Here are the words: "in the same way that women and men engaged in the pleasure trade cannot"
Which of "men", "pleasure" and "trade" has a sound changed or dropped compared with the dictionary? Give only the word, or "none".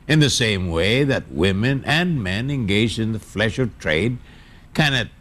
pleasure